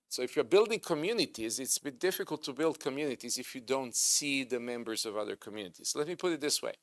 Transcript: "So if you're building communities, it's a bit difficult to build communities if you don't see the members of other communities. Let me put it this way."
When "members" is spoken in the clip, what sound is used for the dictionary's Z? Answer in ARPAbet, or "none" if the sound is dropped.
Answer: Z